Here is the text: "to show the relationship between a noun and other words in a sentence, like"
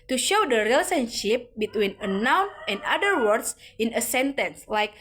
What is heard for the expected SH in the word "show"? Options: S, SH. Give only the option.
SH